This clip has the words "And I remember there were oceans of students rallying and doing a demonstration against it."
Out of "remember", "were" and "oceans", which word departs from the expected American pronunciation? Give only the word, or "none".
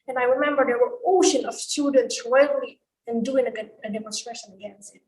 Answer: oceans